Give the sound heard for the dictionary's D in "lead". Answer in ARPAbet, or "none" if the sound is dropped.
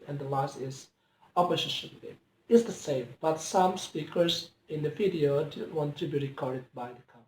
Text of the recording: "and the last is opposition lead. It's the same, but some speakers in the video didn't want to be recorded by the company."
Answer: none